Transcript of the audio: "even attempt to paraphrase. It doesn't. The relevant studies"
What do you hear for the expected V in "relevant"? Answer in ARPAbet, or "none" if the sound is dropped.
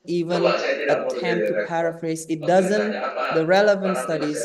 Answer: V